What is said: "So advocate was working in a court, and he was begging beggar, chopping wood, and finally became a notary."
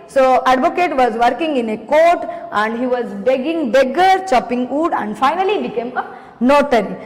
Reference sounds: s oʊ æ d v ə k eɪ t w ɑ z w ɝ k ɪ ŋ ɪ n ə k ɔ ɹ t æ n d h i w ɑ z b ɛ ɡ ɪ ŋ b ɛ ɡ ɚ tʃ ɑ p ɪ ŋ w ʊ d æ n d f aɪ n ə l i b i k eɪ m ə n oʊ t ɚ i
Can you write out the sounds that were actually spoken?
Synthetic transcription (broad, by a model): s oʊ æ d v ə k eɪ t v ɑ z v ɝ k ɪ ŋ ɪ n ə k ɔ ɹ t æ n d h i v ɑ z b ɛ ɡ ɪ ŋ b ɛ ɡ ɚ tʃ ɑ p ɪ ŋ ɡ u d æ n d f aɪ n ə l i b i k eɪ m ə n oʊ t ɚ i